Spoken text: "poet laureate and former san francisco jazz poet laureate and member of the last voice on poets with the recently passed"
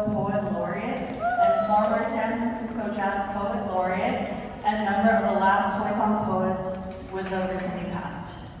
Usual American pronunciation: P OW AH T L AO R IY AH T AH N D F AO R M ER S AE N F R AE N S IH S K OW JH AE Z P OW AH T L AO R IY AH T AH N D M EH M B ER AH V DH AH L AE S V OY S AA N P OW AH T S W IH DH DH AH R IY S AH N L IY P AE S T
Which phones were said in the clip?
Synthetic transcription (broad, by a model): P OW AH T L AO R IY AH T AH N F AO R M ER S AE N F R AE N S IH S K OW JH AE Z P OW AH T L AO R IY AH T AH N M EH M B ER AH V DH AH L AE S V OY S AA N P OW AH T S W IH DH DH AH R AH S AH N IY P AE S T